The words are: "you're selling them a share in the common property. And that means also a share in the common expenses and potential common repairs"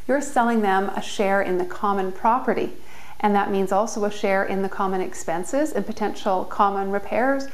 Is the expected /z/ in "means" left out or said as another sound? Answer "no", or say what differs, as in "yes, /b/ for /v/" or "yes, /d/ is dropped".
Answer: no